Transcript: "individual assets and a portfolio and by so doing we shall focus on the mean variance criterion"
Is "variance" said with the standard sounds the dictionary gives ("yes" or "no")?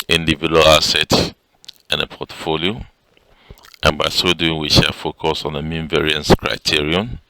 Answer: yes